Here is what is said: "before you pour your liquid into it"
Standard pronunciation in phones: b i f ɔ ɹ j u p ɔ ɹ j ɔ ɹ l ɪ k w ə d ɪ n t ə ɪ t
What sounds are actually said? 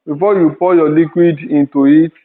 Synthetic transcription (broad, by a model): b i f ɔ j u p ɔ j ɔ l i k w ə d ɪ n t ə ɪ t